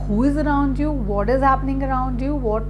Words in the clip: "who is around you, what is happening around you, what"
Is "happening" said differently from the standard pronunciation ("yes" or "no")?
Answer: no